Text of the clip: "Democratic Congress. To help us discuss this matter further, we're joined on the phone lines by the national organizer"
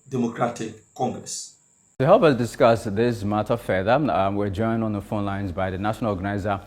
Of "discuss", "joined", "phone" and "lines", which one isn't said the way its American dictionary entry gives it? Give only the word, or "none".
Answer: none